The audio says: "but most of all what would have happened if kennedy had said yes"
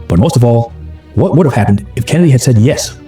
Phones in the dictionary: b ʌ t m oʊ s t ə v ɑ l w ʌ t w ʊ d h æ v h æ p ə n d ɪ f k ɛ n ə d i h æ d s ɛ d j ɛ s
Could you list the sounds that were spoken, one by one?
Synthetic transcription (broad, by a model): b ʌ t m oʊ s t ə v ɑ l w ʌ t w ʊ d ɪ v h æ p ə n d ɪ f k ɛ n ə d i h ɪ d s ɛ d j ɛ s